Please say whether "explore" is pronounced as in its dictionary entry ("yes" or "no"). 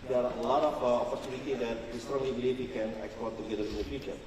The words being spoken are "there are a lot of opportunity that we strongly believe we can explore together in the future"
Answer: no